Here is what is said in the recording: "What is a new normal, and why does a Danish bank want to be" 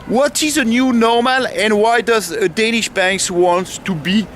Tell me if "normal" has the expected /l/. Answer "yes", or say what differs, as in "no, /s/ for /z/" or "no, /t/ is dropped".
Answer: yes